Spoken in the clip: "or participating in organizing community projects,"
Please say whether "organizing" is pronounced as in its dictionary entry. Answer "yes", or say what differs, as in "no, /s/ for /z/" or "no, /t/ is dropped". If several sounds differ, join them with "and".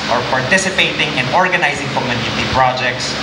yes